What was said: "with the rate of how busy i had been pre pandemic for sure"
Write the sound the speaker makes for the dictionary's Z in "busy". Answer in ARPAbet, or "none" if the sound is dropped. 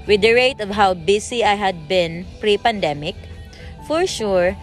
S